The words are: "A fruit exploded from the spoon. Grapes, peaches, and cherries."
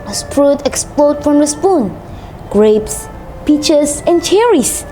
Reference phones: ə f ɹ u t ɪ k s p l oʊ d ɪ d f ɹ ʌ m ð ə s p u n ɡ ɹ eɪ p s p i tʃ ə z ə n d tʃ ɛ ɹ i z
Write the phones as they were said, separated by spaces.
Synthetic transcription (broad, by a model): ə p ɹ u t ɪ k s p l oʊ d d f ɹ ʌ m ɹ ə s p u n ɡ ɹ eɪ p s p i tʃ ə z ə n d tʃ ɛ ɹ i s